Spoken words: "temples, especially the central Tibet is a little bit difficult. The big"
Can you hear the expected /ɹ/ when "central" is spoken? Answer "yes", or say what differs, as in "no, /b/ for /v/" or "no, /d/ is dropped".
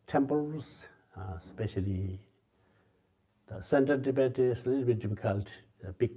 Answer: no, /ɹ/ is dropped